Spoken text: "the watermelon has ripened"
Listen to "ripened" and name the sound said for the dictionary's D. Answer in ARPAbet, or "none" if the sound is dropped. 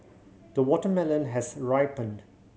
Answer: D